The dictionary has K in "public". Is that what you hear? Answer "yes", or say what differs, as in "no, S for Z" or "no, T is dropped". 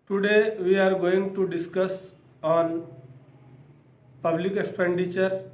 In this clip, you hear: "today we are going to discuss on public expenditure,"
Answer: yes